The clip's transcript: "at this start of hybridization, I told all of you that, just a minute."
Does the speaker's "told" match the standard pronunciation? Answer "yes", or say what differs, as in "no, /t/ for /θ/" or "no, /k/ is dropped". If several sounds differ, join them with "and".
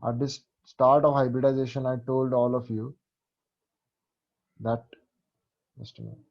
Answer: yes